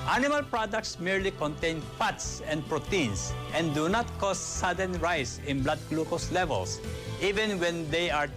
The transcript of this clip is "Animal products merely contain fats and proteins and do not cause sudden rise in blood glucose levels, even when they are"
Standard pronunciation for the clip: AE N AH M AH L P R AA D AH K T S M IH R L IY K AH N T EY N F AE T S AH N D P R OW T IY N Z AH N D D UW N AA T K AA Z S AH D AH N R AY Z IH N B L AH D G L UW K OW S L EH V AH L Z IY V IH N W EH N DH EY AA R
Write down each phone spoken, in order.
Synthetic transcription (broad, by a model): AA N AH M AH L P R AA D AH K T S M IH R L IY K AH N T EY N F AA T S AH N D P R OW T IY N S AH N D D UW N AA T K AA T S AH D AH N R AY S IH N B L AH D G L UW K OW S L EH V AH L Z IY V IH N W EH N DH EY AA R